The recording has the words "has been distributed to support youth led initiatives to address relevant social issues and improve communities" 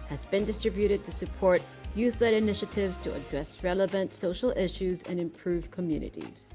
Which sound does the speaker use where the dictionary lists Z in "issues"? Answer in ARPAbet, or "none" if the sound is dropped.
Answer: Z